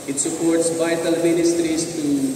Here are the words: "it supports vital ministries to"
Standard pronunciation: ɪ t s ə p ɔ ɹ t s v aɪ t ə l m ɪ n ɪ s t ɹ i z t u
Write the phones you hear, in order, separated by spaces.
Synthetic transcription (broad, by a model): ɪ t s ə p ɔ ɹ t s b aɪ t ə l m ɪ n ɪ s t ɹ i s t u